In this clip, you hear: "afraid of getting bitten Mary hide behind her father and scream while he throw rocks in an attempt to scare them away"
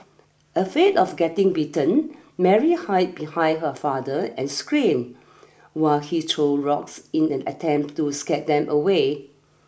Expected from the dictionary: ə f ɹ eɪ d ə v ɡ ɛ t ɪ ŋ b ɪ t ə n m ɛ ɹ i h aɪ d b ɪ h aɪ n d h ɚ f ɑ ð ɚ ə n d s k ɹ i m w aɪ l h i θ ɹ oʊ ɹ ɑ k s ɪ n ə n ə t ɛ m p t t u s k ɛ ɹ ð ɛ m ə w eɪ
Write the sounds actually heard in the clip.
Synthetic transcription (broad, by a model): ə f eɪ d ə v ɡ ɛ t ɪ ŋ b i t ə n m ɛ ɹ i h aɪ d b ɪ h aɪ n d h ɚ f ɑ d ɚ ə n s k ɹ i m w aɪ l h i t ɹ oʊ ɹ ɑ k s ɪ n ə n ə t ɛ m p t t u s k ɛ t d ɛ m ə w eɪ